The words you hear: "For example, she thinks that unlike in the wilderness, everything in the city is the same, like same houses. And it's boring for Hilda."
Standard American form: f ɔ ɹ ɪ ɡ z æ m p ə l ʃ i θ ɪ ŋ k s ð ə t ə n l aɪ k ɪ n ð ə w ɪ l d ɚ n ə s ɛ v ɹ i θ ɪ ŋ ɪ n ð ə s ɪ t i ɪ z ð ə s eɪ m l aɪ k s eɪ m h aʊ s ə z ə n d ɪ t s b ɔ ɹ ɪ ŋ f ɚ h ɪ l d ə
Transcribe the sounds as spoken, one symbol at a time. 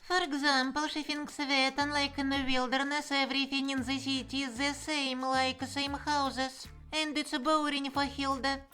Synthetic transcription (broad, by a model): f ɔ ɹ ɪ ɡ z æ m p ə l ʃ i f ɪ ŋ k s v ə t ə n l aɪ k ɪ n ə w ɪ l d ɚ n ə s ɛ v ɹ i f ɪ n ɪ n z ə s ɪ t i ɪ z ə s eɪ m l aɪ k s eɪ m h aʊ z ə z ə n d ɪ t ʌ b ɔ ɹ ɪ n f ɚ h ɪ l d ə